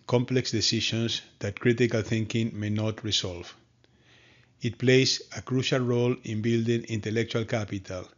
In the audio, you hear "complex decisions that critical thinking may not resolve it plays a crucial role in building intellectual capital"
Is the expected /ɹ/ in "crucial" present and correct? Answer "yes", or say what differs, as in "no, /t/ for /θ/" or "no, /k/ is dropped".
yes